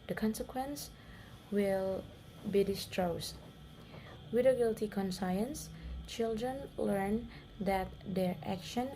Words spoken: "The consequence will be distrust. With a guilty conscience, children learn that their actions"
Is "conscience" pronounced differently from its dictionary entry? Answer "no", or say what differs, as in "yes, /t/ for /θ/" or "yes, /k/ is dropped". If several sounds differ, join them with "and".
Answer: yes, /s/ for /ʃ/